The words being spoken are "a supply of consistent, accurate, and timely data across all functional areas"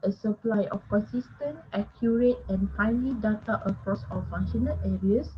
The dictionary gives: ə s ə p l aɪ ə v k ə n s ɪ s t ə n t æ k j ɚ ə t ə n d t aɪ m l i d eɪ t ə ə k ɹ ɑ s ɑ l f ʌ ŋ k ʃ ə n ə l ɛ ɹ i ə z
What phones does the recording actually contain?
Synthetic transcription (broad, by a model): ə s ə p l aɪ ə f k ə n s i s t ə n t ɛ k j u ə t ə n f aɪ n l i d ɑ t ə ə k ɹ ɑ s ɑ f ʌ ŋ ʃ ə n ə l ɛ ɹ i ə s